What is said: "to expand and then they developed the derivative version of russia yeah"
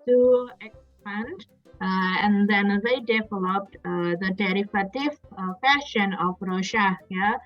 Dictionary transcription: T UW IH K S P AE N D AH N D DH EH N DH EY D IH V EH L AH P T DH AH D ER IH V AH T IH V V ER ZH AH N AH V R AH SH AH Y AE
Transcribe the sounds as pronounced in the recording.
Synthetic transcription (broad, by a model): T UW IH K S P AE N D AH N D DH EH N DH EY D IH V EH L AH P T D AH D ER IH F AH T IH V F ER SH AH N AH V R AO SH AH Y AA